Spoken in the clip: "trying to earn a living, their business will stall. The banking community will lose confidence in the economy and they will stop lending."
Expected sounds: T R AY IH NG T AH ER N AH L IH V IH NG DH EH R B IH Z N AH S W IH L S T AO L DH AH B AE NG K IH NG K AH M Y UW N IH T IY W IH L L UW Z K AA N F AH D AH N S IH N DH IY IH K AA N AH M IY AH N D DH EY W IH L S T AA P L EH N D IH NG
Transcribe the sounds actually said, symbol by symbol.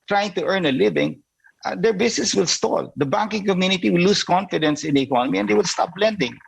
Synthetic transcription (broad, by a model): T R AY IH NG T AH ER N AH L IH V IH NG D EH R B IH S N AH S W IH L S T AO L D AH B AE NG K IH NG K AH M Y UW N IH T IY W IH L L UW S K AA N F AH D AH N S IH N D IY IH K AA N AH M IY AH N D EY W IH L S T AA P L EH N D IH NG